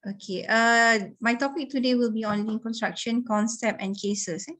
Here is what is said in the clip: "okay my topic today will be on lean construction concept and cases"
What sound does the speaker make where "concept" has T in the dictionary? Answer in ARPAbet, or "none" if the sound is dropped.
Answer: none